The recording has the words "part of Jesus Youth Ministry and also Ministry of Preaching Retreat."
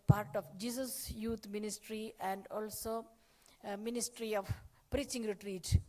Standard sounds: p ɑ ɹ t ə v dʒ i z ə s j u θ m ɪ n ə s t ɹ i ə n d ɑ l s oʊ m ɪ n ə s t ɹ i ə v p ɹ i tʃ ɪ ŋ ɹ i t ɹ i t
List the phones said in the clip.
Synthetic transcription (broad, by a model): p ɑ ɹ t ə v dʒ i s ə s j u t m ɪ n ə s t ɹ i ə n d ɑ l s oʊ m ɪ n ə s t ɹ i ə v p ɹ i tʃ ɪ ŋ ɹ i t ɹ i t